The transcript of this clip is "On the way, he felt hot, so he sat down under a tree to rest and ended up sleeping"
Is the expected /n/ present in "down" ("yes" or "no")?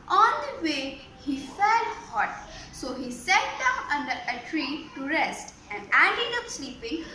no